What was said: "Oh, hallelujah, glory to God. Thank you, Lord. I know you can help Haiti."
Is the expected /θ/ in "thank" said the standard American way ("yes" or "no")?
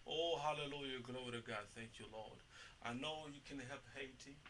yes